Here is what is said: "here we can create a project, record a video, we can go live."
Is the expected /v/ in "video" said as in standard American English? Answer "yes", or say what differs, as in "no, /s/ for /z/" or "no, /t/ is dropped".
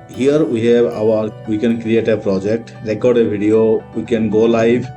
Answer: no, /b/ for /v/